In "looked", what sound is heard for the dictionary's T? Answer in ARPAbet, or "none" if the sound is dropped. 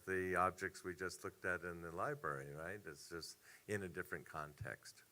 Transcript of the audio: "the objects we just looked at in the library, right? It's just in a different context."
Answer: T